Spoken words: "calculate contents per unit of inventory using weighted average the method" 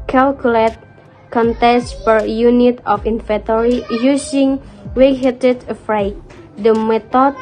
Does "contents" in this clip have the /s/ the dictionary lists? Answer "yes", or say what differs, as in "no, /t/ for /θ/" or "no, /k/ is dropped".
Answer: no, /s/ is dropped